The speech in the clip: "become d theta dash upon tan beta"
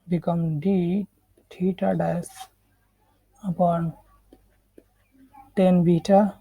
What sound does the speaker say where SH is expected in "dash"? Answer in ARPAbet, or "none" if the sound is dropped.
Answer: S